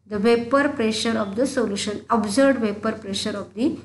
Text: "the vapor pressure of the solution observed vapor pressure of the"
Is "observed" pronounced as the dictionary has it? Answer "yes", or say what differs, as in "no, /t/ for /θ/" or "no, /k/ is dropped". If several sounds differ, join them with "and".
no, /v/ is dropped